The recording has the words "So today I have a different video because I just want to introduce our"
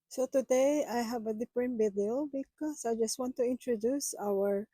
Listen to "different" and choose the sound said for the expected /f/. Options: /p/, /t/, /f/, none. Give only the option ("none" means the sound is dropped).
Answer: /p/